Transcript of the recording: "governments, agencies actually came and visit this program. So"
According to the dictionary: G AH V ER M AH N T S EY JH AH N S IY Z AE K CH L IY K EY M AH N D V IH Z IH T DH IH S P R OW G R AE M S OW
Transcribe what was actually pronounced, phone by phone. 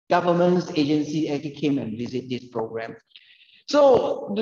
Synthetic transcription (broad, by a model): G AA V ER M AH N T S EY JH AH N S IY EH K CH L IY K EY M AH N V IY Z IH T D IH S P R OW G R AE M S OW